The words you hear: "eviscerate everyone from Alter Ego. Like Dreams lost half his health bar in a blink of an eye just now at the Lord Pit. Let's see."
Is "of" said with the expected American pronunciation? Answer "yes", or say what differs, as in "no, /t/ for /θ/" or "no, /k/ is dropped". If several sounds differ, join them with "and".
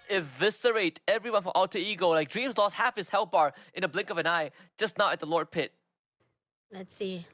yes